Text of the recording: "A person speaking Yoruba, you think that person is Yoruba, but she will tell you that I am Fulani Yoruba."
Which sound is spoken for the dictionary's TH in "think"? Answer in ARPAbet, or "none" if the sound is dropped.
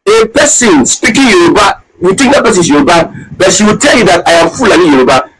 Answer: T